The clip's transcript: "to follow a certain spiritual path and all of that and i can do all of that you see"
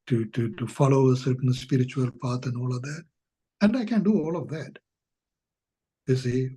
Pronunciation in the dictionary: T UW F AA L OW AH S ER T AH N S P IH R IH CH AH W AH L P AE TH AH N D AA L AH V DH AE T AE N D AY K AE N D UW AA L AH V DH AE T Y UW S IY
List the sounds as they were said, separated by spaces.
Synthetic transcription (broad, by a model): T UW F AA L OW AH S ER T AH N S P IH R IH CH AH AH L P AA T AH N D AA L AH V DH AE T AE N D AY K AE N D UW AA L AH V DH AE T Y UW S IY